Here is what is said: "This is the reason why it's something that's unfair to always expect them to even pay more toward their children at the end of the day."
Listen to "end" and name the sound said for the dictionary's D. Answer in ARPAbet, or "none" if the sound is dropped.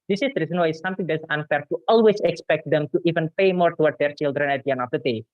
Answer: none